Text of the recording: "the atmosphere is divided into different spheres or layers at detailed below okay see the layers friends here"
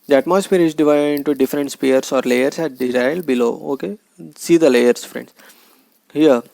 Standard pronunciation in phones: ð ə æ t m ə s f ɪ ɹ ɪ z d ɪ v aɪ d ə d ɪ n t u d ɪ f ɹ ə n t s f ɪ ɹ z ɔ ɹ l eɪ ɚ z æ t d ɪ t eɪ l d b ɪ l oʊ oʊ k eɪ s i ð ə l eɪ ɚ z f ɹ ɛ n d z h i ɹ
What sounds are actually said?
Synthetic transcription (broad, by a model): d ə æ t m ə s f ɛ ɹ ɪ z d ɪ v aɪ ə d ɪ n t u d ɪ f ɹ ə n t s p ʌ ɹ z ɔ ɹ l eɪ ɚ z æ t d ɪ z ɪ l b ɪ l oʊ oʊ k eɪ s i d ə l eɪ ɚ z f ɹ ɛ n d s h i ɹ